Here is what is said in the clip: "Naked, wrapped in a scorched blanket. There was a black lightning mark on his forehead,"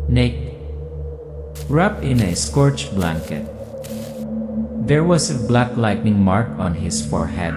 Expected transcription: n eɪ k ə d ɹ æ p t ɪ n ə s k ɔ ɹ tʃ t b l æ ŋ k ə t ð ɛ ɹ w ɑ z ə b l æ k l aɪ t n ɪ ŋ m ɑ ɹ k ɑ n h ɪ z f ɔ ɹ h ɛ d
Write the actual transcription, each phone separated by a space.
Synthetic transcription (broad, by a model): n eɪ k ɹ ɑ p ɪ n ə s k ɔ ɹ tʃ b l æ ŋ k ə t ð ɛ ɹ w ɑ s ə b l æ k l aɪ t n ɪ ŋ m ɑ ɹ k ɑ n h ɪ s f ɔ ɹ h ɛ d